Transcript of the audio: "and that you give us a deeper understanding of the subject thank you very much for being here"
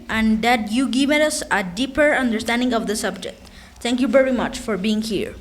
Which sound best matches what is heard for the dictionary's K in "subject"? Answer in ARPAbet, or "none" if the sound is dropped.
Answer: K